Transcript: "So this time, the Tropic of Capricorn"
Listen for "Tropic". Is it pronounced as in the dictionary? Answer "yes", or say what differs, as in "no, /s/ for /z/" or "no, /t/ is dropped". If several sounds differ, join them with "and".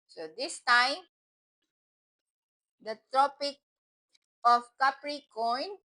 yes